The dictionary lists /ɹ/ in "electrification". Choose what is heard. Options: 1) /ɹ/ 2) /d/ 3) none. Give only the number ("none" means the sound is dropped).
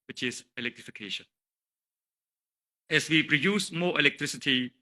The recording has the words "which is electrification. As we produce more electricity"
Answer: 1